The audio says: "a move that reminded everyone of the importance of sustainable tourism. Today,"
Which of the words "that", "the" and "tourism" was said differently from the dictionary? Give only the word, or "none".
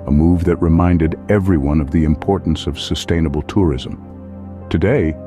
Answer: none